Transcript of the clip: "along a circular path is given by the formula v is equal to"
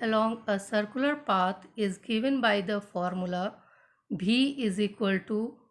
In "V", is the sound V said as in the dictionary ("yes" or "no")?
no